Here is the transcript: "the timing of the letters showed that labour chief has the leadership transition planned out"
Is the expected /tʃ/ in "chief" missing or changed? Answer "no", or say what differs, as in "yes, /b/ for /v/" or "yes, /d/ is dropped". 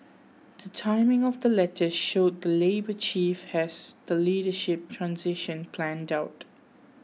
no